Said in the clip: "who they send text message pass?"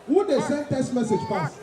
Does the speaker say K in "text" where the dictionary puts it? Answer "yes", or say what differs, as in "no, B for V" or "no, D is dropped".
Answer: no, K is dropped